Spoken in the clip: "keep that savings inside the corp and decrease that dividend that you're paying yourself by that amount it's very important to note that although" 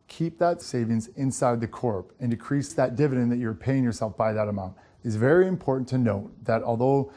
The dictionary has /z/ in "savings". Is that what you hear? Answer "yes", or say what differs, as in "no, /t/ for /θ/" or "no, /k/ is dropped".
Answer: yes